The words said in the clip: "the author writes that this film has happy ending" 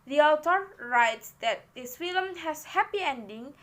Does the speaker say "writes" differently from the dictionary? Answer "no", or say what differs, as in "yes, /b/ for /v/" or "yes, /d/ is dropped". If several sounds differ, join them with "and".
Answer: no